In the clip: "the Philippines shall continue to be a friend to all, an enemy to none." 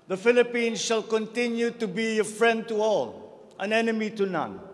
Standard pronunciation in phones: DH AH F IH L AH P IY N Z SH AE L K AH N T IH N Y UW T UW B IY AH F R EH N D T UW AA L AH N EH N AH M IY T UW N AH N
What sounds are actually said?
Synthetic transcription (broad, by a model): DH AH F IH L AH P IY N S SH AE L K AH N T IH N Y UW T UW B IY AH F R EH N D T UW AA L AH N EH N AH M IY T UW N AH N